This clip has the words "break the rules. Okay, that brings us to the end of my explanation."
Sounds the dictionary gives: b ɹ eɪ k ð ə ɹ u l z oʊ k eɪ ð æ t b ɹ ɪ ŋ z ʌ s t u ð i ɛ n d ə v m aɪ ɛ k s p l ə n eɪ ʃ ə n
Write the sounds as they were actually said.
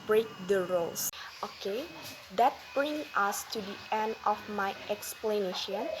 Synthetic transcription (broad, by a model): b ɹ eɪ k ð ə ɹ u l s oʊ k eɪ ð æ t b ɹ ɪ ŋ ʌ s t u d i ɛ n d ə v m aɪ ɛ k s p l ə n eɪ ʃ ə n